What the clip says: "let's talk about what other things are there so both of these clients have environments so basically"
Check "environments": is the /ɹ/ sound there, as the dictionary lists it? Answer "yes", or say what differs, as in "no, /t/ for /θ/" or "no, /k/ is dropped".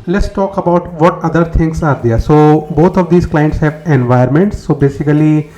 no, /ɹ/ is dropped